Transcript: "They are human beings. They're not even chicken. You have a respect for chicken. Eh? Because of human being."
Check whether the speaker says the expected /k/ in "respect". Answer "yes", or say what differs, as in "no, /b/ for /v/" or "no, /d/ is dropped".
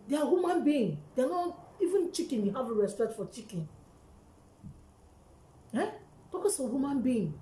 yes